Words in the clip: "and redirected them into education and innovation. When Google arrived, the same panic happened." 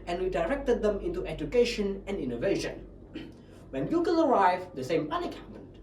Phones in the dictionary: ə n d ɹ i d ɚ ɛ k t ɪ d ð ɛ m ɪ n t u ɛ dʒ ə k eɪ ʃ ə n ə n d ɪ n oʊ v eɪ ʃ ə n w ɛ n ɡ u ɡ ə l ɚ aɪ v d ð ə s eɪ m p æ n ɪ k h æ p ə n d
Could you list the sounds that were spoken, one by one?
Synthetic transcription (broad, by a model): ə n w i d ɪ ɛ k t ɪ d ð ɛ m ɪ n t u ɛ dʒ ə k eɪ ʃ ə n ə n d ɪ n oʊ v eɪ ʃ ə n w ɛ n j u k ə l ɚ aɪ v d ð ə s eɪ m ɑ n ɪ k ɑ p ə n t